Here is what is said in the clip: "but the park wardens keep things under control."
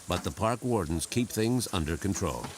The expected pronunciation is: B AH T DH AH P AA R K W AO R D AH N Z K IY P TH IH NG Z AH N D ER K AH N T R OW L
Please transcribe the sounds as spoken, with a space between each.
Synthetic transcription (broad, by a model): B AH T DH AH P AA R K W AO R D N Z K IY P TH IH NG Z AH N D ER K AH N T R OW L